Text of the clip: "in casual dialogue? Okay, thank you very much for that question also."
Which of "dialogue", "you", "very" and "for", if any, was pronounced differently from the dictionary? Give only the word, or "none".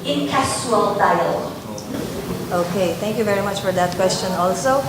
dialogue